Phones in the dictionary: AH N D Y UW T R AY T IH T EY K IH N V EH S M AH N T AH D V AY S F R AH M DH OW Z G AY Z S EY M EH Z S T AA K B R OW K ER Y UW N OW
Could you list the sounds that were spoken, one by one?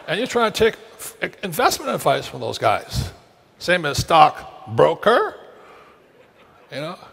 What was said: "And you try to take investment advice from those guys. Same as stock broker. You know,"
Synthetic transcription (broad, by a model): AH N Y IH T R AY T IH T EY K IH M V EH S M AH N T AH D V AY S F R AH M DH OW Z G AY Z S EY M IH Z S T AA K B R OW K ER Y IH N OW